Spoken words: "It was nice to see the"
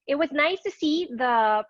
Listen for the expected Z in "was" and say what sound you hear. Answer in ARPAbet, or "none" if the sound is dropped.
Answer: Z